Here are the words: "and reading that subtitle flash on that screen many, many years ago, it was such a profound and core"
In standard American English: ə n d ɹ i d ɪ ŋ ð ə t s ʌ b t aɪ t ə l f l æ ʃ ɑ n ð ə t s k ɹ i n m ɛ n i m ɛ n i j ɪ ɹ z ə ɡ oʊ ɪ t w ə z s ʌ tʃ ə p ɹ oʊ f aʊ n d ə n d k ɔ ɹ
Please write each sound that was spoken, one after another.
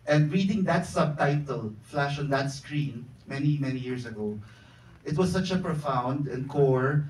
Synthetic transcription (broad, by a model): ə n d ɹ i d ɪ ŋ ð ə t s ʌ b t aɪ t ə l f l æ ʃ ɑ n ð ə t s k ɹ i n m ɛ n i m ɛ n i j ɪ ɹ s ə ɡ oʊ ɪ t w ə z s ʌ tʃ ə p ɹ oʊ f aʊ n d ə n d k ɔ ɹ